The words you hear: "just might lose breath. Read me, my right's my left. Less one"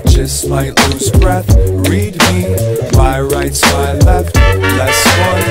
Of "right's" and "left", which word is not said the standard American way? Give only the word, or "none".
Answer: none